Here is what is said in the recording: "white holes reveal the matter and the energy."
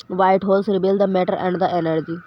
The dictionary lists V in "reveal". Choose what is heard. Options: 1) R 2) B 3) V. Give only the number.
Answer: 2